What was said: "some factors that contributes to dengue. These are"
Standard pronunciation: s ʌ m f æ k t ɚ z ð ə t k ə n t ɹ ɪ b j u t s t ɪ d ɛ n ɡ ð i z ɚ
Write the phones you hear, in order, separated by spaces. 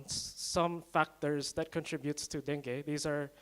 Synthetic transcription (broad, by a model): s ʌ m f æ k t ɚ z ð ə t k ə n t ɹ ɪ b j u t s t ɪ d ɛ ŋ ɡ ð i z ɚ